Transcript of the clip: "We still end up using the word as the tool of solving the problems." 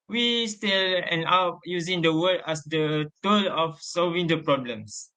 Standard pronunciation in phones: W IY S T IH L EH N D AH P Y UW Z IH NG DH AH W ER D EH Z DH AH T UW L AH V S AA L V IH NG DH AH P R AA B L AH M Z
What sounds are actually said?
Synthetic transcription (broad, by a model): W IY S T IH L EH N AA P Y UW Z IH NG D AH W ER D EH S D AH T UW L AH F S AA L V IH NG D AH P R AA B L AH M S